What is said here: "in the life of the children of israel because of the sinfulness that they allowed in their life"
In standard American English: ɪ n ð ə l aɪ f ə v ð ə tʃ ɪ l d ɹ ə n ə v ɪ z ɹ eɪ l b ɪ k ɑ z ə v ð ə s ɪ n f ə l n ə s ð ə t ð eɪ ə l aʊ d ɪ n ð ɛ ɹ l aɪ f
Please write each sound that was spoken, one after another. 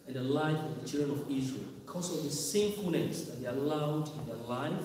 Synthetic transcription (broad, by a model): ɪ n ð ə l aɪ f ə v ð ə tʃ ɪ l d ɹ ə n ə v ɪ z ɹ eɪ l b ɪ k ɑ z ə v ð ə s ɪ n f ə n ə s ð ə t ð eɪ ə l aʊ d ɪ n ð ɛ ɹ l aɪ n